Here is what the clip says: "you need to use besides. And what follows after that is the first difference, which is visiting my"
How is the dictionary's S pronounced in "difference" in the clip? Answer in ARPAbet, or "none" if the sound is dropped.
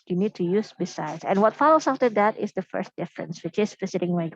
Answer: S